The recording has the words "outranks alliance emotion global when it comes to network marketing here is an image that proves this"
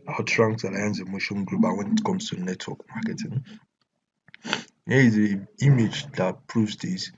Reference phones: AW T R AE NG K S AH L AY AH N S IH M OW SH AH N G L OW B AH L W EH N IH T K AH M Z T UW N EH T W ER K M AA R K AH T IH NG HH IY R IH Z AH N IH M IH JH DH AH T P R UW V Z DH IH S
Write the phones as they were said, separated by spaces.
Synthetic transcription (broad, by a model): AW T R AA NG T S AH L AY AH N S IH M OW SH AH N G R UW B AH W EH N IH T K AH M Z T UW N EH T W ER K M AA K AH T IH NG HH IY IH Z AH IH M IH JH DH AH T P R UW V Z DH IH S